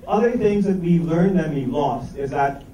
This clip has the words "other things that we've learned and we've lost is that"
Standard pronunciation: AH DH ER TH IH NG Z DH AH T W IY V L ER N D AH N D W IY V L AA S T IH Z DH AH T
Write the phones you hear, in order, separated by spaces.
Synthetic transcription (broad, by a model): AH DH ER TH IH NG Z DH AH T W IY L ER N D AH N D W IY L AA S T IH Z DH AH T